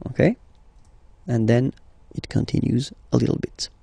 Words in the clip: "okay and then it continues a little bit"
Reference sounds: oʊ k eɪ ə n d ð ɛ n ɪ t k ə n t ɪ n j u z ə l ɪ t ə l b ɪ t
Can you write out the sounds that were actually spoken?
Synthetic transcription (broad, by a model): oʊ k eɪ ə n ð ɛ n ɪ t k ə n t ɪ n j u z ə l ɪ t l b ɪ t